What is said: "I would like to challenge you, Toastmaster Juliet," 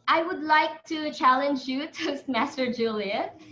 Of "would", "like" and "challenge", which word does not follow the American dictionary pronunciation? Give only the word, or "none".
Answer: none